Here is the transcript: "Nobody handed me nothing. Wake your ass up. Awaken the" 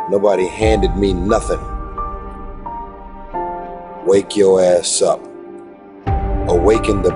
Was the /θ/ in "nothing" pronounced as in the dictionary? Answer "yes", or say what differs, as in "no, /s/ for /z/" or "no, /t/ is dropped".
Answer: yes